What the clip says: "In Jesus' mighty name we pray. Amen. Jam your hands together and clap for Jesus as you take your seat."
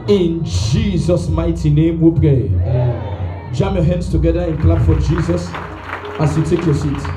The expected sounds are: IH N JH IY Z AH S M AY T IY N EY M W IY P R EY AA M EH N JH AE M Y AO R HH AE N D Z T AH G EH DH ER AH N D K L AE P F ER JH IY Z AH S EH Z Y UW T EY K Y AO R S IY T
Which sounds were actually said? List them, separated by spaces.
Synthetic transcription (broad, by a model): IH N JH IY Z AH S M AY T IY N EY M W IY P R EY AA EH JH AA M Y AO HH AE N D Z T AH G EH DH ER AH N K L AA B F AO JH IY Z AH S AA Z Y UW T EY K Y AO S IY T